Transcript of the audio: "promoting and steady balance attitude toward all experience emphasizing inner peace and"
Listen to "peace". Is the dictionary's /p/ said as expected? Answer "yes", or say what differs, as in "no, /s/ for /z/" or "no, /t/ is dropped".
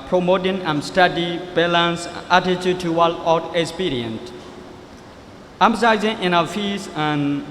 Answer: no, /f/ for /p/